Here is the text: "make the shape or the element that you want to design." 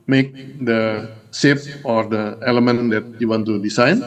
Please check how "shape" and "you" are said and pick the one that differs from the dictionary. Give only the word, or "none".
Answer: shape